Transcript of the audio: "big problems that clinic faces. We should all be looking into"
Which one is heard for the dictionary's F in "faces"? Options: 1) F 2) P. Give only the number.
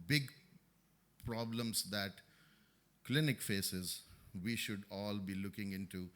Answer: 1